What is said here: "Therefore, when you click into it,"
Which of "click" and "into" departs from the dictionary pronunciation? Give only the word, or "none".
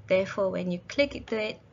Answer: into